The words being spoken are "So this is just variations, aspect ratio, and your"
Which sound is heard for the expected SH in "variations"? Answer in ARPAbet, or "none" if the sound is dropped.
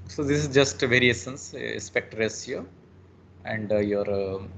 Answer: S